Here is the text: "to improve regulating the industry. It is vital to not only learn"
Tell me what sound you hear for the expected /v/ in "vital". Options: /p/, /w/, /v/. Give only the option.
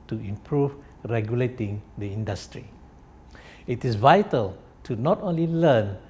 /v/